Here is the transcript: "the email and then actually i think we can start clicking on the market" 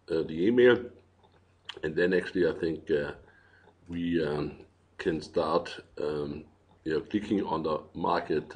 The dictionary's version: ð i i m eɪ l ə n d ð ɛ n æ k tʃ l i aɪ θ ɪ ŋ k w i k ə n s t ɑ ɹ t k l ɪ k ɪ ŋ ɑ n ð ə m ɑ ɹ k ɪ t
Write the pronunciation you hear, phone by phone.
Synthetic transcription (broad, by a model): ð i i m eɪ l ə n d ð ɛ n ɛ k s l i aɪ θ ɪ ŋ k w i k ə n s t ɑ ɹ t k l ɪ k ɪ ŋ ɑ n ð ə m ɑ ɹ k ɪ t